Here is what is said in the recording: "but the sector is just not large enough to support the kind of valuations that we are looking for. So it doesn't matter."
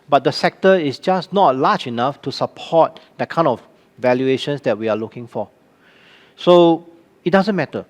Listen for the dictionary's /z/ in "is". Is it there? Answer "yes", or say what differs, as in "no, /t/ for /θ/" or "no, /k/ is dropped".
no, /s/ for /z/